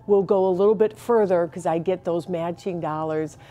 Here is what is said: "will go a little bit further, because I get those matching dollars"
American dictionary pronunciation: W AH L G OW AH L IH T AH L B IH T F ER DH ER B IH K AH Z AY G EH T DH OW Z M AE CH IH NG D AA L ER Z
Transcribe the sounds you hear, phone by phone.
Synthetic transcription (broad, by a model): W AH L G OW AH L IH T L B IH T F ER DH ER K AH Z AY G EH T DH OW Z M AE CH IH NG D AA L ER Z